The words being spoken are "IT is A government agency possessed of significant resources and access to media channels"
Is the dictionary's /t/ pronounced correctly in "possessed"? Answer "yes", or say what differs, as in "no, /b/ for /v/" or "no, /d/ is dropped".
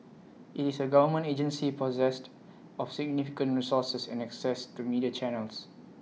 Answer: yes